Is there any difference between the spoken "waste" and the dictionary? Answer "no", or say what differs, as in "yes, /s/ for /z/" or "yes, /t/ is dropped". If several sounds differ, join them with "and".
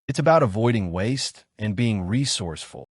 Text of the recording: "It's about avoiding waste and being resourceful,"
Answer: no